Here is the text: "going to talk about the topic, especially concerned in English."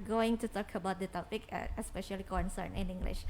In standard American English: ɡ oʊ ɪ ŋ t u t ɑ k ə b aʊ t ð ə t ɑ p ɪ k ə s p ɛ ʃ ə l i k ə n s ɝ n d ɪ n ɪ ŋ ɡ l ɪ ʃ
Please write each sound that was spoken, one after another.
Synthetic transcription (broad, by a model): ɡ oʊ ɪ ŋ t u t ɑ k ə b aʊ t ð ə t ɑ p ɪ k ə s p ɛ ʃ ə l i k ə n s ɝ n ɪ n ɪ ŋ ɡ l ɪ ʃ